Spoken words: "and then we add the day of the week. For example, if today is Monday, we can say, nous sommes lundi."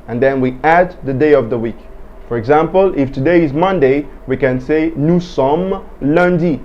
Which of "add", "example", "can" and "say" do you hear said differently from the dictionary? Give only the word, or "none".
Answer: none